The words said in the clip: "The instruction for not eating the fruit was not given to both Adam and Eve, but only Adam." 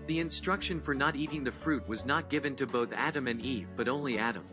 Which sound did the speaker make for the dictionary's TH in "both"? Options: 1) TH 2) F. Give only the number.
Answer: 1